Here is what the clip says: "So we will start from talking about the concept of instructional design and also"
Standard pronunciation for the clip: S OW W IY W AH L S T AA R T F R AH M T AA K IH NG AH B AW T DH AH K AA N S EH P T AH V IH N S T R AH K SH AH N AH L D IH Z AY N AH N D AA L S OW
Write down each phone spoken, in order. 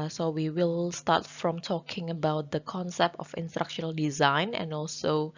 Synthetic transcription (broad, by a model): S OW W IY W AH L S T AA T F R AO M T AA K IH NG AH B AW T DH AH K AA N S EH P T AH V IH N S T R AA K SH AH N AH L D IH Z AY N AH N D AA L S OW